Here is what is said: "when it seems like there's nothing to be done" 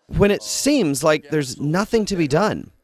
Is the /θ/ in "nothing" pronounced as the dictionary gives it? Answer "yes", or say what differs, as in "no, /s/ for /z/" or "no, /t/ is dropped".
yes